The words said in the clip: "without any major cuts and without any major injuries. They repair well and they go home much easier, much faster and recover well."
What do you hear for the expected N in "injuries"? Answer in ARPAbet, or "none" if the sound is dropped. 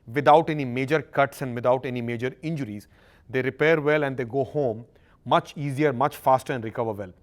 N